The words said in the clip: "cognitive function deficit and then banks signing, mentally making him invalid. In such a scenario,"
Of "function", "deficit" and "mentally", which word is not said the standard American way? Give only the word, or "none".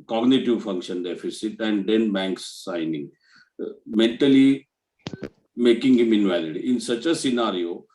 none